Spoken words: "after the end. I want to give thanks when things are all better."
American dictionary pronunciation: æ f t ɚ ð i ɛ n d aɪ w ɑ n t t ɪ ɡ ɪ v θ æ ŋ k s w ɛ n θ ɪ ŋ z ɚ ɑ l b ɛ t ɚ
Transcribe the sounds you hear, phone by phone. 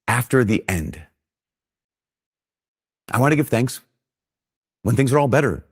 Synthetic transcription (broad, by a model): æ f t ɚ ð i ɛ n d aɪ w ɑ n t t ɪ ɡ ɪ v θ æ ŋ k s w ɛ n θ ɪ ŋ z ɚ ɑ l b ɛ t ɚ